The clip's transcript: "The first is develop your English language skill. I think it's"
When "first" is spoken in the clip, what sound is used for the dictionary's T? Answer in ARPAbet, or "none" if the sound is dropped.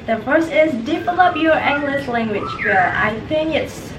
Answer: none